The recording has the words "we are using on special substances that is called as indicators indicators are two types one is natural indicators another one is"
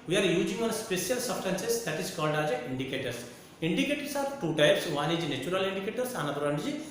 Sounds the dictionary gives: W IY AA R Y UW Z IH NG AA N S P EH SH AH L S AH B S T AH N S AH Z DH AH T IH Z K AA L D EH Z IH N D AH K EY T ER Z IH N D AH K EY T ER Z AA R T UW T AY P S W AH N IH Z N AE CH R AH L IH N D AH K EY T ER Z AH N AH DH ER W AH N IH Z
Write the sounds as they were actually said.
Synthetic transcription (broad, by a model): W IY AA R Y UW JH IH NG AA N S P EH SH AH L S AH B S T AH N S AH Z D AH T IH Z K AA L D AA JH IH N D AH K EY T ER S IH N D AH K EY T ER S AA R T UW T AY P S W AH N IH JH N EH CH R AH L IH N D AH K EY T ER S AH N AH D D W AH N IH